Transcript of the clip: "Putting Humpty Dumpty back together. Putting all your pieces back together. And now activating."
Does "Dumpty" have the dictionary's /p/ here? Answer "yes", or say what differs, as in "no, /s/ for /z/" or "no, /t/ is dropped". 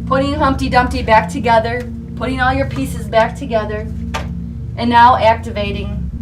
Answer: yes